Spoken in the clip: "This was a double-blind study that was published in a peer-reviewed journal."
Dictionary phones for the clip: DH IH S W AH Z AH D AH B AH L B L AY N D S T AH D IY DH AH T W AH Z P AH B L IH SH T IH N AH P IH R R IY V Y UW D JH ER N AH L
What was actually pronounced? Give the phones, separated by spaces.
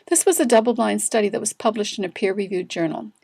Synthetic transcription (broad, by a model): DH IH S W AH Z AH D AH B L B L AY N S T AH D IY DH AH T W AH Z P AH B L IH SH T IH N AH P IH R R IY V Y UW D JH ER N L